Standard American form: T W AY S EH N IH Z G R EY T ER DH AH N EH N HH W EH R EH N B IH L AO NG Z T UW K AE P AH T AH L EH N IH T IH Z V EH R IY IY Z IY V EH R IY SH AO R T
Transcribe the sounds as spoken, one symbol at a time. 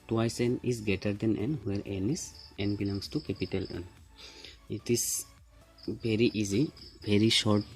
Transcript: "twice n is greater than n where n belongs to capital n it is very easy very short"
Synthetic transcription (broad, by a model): T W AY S EH N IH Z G EY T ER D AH N EH N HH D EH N EH N B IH L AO NG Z T UW K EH P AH T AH L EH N IH T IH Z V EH R IY IY Z IY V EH R IY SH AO R T